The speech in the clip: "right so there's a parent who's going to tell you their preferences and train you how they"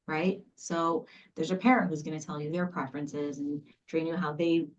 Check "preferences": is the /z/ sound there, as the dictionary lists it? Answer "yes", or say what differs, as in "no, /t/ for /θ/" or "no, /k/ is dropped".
yes